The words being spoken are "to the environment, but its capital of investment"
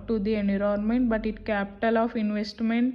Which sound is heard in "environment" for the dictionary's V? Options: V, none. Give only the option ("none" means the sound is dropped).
none